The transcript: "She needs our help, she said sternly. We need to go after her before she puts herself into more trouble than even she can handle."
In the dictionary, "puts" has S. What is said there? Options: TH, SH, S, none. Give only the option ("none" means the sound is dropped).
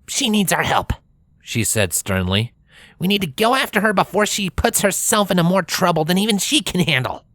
S